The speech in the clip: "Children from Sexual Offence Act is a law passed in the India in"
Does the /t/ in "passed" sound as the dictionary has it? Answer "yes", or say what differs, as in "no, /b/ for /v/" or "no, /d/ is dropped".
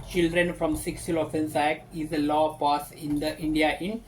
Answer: no, /t/ is dropped